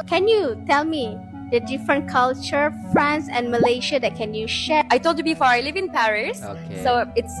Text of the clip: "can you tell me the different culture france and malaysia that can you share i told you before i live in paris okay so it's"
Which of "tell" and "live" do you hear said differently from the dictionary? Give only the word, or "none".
none